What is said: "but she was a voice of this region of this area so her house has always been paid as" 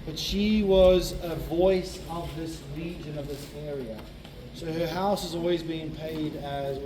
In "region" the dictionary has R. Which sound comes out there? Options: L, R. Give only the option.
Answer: L